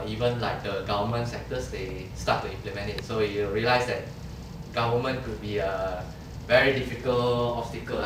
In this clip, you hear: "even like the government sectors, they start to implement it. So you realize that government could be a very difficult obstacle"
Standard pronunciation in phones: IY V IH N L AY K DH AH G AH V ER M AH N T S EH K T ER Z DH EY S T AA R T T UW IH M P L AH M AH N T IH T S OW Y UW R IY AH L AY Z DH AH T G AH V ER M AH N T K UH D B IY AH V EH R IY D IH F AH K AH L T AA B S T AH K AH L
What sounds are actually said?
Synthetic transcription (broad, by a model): IY V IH N L AY K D AH G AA V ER M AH N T S EH K T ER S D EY S T AA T T UW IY M P L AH M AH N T IH T S OW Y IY R IY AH L AY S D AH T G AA V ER M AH N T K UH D B IY AH V EH R IY D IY F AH K AH L AA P S T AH K AH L